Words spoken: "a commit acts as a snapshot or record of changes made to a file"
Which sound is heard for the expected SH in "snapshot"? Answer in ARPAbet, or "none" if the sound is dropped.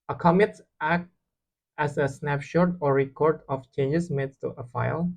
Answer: SH